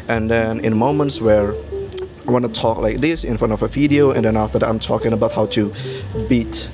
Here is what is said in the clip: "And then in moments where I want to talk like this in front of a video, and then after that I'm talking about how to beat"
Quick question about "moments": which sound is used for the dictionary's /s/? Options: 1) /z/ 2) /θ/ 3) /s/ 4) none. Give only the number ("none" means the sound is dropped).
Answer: 3